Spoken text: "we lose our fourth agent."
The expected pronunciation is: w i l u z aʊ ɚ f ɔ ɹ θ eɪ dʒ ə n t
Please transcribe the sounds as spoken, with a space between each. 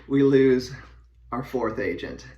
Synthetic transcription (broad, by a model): w i l u z aʊ ɚ f ɔ ɹ θ eɪ dʒ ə n t